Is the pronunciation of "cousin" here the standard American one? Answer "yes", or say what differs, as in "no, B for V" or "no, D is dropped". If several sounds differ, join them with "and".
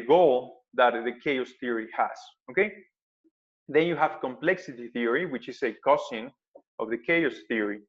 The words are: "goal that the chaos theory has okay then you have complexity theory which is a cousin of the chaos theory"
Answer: no, S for Z